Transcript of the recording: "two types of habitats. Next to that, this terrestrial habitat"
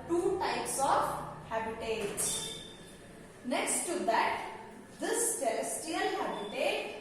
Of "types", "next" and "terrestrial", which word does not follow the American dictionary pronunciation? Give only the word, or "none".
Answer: terrestrial